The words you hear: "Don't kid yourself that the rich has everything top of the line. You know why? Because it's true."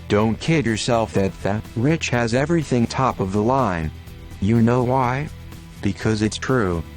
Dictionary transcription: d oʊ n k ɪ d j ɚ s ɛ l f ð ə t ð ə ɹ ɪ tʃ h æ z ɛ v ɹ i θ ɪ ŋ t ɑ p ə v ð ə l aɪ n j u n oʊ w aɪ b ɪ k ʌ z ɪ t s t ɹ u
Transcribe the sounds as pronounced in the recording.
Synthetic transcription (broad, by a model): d oʊ n k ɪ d j ɚ s ɛ l f ð ə t ð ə ɹ ɪ tʃ h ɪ z ɛ v ɹ i θ ɪ ŋ t ɑ p ə v ð ə l aɪ n j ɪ n oʊ w aɪ b ɪ k ʌ z ɪ t s t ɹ u